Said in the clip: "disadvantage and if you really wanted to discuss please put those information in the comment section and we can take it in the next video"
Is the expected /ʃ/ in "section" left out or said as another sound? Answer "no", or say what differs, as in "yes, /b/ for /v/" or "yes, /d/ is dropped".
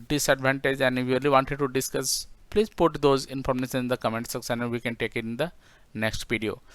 yes, /s/ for /ʃ/